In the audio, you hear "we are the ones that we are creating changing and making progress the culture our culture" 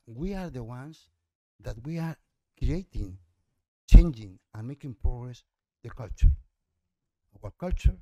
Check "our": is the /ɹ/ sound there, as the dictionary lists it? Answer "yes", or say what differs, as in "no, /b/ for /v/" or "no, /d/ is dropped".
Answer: no, /w/ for /ɹ/